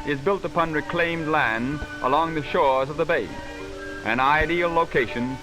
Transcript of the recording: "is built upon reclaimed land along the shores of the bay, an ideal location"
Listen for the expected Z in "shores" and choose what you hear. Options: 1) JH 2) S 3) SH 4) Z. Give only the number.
4